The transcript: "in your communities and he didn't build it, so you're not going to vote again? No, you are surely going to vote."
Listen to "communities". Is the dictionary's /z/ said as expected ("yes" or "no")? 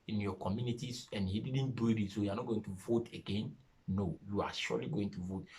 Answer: no